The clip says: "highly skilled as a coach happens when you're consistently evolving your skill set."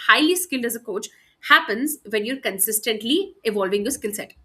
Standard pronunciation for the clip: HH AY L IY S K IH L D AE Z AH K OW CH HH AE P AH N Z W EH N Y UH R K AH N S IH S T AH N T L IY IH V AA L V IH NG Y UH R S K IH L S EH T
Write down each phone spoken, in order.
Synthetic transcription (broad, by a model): HH AY L IY S K IH L D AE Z AH K OW CH HH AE P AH N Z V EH N Y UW R K AH N S IH S T AH N T L IY IH V AA L V IH NG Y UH S K IH L S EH T